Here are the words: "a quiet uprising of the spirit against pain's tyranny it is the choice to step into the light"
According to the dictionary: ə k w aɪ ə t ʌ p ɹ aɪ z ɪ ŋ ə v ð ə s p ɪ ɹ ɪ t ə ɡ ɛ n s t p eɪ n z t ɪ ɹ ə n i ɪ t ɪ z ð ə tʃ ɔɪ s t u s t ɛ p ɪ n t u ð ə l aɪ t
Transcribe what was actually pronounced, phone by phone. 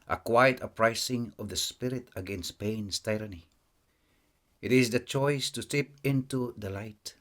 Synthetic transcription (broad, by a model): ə k w aɪ ə t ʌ p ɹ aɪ s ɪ ŋ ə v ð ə s p ɪ ɹ ɪ t ə ɡ ɛ n s t p eɪ n s t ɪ ɹ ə n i ɪ t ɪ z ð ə tʃ ɔɪ s t u s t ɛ p ɪ n t u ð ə l aɪ t